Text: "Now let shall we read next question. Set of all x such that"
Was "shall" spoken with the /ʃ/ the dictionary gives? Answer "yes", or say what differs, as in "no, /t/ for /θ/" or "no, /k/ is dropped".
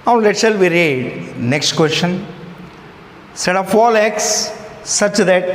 no, /s/ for /ʃ/